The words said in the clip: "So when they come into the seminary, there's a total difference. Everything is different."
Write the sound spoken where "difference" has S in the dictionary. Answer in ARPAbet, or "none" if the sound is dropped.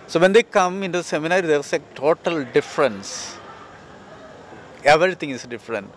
S